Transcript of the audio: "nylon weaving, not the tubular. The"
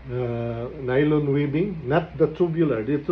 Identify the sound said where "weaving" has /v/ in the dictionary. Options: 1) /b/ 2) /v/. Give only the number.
1